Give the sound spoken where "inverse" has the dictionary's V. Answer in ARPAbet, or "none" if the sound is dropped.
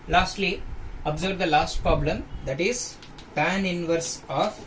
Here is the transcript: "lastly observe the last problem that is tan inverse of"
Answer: V